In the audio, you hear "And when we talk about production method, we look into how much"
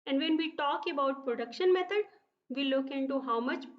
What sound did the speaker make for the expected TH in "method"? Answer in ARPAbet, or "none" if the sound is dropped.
T